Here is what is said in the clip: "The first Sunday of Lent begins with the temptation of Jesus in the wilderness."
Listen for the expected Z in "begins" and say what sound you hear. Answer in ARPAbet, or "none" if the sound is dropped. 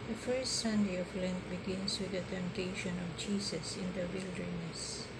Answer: S